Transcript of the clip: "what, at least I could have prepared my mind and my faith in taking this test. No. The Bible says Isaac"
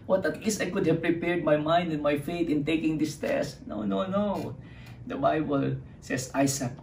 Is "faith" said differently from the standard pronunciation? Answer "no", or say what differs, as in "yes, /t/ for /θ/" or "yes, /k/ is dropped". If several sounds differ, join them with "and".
yes, /t/ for /θ/